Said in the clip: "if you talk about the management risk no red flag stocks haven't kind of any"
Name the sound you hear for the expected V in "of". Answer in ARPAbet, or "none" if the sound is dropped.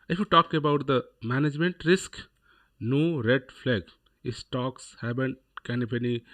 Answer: P